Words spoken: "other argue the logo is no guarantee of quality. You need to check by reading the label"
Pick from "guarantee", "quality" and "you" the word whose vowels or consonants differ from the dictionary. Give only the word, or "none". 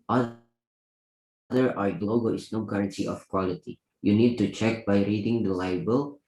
guarantee